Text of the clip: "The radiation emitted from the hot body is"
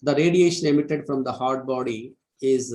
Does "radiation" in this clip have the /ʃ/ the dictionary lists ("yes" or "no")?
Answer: yes